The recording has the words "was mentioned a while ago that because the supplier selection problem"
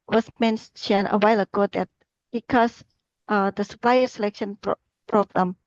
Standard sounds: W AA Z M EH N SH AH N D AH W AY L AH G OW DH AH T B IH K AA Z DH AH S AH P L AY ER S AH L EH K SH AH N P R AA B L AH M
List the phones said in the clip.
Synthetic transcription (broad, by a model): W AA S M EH N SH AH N AH W AY L AH G OW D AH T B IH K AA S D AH S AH P L AY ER S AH L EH K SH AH N P R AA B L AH M